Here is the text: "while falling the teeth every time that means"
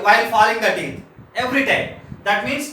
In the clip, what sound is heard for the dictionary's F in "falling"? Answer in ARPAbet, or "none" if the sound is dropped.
F